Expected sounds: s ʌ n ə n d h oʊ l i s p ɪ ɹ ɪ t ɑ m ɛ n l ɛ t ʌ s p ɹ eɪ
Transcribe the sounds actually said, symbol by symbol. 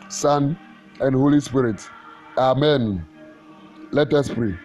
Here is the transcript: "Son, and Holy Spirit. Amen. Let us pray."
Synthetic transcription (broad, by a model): s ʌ n ə n d h oʊ l i s p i ɹ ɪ t ɑ m ɛ n l ɛ t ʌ s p ɹ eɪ